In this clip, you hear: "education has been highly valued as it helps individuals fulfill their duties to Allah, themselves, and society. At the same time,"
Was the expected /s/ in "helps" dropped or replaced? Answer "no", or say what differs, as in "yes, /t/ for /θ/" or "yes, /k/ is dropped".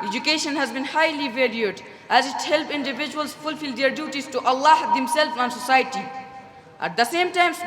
yes, /s/ is dropped